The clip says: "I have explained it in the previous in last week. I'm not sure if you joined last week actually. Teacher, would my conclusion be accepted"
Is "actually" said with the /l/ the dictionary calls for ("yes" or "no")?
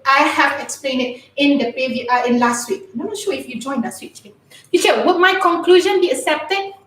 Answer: no